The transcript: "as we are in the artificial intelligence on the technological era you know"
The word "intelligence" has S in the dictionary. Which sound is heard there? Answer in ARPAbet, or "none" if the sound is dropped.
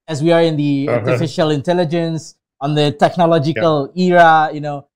S